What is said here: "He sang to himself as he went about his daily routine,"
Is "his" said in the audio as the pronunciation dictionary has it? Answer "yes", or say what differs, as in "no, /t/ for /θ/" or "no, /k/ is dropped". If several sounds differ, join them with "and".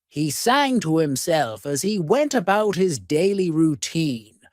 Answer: yes